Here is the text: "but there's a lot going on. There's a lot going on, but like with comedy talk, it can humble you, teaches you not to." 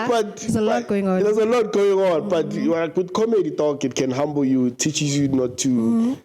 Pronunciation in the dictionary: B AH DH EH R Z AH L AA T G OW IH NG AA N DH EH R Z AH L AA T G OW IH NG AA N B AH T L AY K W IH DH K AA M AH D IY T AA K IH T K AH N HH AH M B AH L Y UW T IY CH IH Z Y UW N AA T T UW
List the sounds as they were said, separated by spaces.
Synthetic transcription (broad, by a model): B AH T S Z AH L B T G OW IH NG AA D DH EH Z AH L AA T G OW IH NG AA N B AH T W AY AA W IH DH K AA M AH D IY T AA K IH T K AH N HH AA M B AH L Y UW T IY CH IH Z Y UW N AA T T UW